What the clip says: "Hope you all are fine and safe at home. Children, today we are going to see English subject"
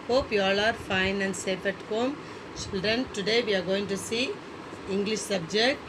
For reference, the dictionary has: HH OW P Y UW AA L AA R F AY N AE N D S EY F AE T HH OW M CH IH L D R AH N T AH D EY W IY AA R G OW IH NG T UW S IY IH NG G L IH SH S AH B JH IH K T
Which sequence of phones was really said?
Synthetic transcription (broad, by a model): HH OW P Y AA L AA R F AY N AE N D S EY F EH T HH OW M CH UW D AH N T AH D EY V IY AA R G OW IH NG T UW S IY IH NG G L IH SH S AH B JH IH K T